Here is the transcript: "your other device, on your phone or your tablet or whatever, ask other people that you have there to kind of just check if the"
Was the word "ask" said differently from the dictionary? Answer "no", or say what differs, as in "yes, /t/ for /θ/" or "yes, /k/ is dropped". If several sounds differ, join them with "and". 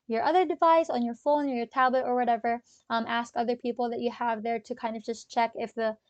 no